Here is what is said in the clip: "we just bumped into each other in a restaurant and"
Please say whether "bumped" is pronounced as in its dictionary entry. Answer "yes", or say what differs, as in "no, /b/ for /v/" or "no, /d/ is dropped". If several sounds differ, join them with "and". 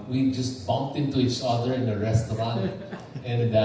yes